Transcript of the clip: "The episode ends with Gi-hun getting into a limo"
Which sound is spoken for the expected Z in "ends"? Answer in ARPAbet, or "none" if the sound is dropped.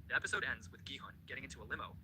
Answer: Z